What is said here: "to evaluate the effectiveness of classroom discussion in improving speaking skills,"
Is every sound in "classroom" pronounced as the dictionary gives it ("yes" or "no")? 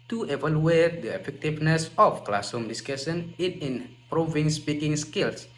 no